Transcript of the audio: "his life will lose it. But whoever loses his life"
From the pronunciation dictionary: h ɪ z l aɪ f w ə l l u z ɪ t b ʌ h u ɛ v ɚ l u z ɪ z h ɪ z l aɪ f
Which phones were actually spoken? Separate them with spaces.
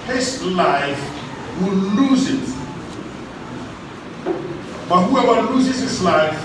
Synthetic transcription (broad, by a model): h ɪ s l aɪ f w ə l l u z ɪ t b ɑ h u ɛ w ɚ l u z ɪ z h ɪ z l aɪ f